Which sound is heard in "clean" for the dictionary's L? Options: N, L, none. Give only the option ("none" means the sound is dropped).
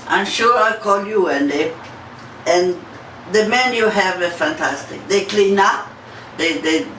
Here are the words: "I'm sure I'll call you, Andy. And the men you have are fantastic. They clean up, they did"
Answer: L